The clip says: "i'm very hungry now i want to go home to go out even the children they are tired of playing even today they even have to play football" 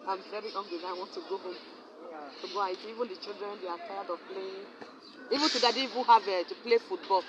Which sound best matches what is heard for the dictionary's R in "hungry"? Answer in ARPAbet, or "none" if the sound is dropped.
W